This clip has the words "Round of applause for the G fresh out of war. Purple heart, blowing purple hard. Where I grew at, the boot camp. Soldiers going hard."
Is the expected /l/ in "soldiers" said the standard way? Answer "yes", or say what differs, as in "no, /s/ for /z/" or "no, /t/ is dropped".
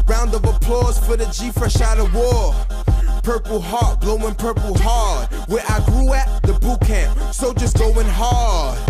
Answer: no, /l/ is dropped